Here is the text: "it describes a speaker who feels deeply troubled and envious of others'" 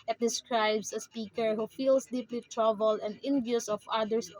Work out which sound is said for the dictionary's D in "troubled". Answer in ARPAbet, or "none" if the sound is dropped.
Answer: none